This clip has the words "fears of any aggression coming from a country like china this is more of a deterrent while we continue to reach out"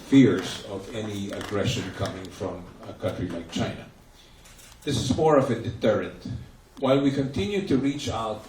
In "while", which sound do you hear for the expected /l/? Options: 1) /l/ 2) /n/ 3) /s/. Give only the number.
1